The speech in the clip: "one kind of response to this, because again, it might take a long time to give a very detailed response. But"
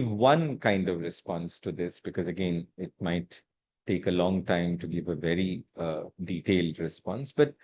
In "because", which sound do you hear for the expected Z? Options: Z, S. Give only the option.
Z